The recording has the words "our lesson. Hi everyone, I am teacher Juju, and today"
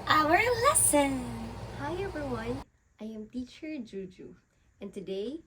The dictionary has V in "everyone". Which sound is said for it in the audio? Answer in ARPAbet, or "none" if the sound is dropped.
B